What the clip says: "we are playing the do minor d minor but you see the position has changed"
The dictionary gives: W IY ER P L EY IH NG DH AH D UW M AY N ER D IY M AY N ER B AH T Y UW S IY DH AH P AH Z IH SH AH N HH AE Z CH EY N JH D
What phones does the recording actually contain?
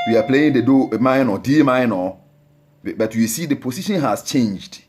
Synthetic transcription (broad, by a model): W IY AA P L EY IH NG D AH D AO M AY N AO D IY M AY N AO B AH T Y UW S IY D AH P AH S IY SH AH N HH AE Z CH EY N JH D